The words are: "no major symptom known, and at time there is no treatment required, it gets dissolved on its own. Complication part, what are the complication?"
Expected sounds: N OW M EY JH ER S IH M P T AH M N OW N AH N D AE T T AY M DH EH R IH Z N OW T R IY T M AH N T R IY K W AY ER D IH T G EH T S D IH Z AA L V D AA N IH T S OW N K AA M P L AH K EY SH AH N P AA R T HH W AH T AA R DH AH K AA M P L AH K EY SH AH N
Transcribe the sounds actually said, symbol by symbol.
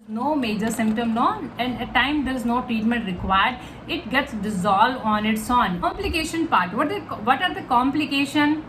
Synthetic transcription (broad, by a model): N OW M EY JH ER S IH M P T AH M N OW N AH N D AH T T AY M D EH R IH Z N OW T R IY T M AH N T R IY K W AY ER D IH T G EH T S D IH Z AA L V AA N IH T S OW N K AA M P L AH K EY SH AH N P AA R T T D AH T AA R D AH K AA M P L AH K EY SH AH N